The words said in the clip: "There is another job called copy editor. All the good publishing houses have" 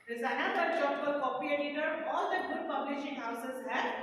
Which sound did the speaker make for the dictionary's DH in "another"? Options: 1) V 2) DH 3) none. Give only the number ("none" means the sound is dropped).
3